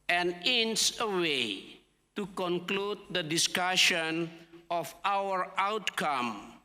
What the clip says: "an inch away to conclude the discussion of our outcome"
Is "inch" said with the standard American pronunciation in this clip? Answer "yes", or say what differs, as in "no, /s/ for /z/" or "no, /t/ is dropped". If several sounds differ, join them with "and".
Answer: no, /s/ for /tʃ/